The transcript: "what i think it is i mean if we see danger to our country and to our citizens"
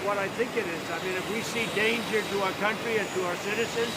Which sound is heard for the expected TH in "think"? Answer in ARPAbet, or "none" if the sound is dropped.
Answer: TH